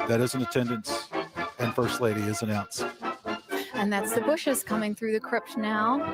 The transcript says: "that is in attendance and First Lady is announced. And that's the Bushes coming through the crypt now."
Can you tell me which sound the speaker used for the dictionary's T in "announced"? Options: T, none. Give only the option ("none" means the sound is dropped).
none